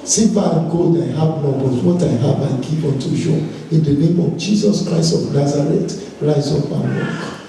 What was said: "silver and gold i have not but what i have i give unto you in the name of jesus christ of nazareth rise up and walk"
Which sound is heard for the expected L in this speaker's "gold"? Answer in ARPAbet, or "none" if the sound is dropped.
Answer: none